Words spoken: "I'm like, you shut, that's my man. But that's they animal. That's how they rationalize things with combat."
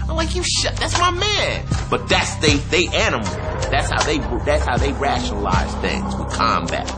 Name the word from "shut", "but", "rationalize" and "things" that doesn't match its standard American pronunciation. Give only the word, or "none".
none